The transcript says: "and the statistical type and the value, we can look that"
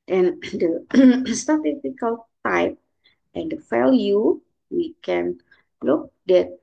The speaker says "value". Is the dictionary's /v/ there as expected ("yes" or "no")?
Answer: no